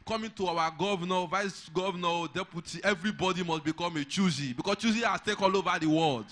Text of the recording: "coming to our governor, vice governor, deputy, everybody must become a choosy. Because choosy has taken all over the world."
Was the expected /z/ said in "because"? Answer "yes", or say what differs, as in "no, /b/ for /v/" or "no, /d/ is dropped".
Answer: no, /s/ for /z/